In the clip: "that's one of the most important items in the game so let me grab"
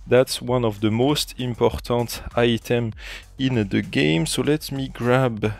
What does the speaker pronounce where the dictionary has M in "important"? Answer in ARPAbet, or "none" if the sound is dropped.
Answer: M